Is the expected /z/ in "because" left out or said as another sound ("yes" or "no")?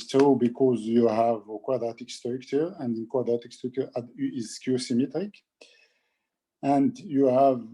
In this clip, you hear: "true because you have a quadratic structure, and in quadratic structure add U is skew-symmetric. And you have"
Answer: no